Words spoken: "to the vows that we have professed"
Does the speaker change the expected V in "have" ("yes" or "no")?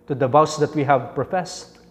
no